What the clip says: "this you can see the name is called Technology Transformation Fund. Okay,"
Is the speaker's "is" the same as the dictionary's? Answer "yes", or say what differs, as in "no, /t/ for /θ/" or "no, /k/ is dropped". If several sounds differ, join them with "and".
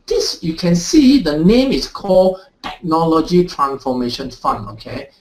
no, /s/ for /z/